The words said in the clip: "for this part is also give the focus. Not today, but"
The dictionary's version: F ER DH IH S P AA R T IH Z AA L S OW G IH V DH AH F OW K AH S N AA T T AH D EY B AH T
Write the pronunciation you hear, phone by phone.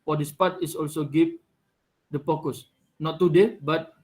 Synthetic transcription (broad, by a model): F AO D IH S P AA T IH S AA L S OW G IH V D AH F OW K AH S N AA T T AH D EY B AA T